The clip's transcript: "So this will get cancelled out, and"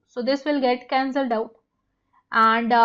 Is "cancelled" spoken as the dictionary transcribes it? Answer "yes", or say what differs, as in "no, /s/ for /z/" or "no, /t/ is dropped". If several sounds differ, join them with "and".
yes